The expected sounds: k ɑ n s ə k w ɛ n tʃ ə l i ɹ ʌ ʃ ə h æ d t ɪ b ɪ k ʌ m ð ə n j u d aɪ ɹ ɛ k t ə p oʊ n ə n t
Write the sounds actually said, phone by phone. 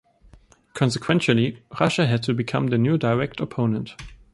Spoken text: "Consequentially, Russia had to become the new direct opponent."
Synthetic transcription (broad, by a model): k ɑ n s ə k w ɛ n ʃ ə l i ɹ ʌ ʃ ə h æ d t ɪ b ɪ k ʌ m ð ə n j u d aɪ ɹ ɛ k t ə p oʊ n ə n t